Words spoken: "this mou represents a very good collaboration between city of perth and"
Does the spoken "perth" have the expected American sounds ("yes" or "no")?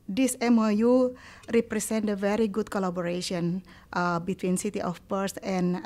no